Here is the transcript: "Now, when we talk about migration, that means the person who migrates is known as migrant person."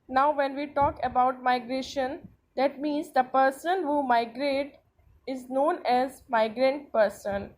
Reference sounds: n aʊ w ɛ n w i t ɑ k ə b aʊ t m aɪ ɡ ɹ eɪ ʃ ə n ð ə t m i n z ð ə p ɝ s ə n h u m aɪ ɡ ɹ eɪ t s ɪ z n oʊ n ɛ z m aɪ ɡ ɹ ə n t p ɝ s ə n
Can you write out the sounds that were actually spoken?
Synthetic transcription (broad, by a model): n aʊ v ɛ n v i t ɑ k ə b aʊ t m aɪ ɡ ɹ eɪ ʃ ə n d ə t m i n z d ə p ɝ s ə n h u m aɪ ɡ ɹ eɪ t ɪ z n oʊ n ɛ z m aɪ ɡ ɹ ə n t p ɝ s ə n